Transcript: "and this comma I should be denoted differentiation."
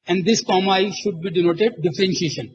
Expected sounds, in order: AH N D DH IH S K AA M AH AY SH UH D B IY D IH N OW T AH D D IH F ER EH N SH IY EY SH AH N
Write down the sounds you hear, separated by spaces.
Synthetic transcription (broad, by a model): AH N D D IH S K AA M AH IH SH UH D B IY D IH N OW T AH D D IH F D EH N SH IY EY SH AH N